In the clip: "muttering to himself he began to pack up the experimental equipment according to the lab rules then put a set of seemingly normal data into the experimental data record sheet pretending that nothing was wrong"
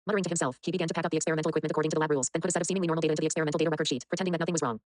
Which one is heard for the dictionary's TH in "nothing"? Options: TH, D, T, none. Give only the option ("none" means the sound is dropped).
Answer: TH